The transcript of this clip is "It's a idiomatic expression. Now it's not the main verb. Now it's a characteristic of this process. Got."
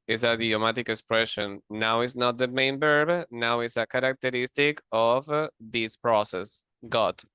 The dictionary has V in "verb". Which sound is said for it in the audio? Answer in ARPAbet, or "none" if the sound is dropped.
B